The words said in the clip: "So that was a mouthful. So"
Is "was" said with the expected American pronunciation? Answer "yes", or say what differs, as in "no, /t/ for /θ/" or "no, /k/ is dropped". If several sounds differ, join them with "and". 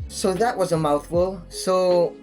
yes